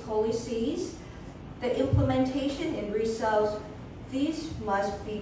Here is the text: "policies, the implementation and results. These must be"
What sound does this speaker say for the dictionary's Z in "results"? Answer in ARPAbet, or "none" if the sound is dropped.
S